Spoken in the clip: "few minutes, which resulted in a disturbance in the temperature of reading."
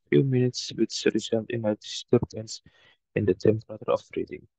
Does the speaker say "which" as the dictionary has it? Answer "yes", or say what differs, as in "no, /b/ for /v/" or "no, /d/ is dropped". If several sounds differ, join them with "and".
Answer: no, /s/ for /tʃ/